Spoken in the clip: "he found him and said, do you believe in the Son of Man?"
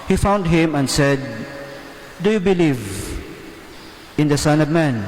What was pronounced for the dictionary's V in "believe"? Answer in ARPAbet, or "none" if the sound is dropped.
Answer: V